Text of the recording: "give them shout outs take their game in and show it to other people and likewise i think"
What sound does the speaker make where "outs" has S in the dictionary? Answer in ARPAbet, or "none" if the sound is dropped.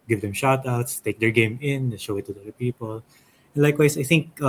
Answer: S